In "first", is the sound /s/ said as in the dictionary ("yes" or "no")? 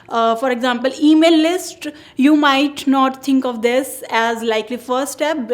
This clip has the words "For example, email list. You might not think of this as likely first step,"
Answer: no